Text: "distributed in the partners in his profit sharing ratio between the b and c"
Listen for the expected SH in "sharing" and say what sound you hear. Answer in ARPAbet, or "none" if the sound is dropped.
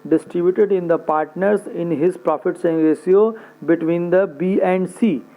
S